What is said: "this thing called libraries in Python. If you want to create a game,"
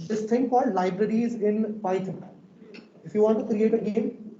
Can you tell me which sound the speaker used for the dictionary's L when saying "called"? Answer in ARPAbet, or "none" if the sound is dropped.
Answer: none